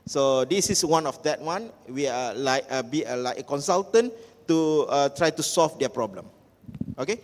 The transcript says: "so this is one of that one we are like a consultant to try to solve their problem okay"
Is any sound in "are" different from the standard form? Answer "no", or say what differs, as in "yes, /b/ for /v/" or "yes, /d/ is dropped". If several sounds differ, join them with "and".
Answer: yes, /l/ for /ɹ/